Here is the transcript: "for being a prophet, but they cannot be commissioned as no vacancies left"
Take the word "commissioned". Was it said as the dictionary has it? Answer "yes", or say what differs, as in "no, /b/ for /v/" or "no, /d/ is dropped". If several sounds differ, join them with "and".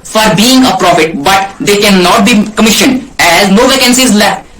yes